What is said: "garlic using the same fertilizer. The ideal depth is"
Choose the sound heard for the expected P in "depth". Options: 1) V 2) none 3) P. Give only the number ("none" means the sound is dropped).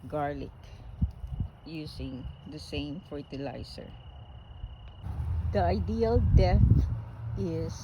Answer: 2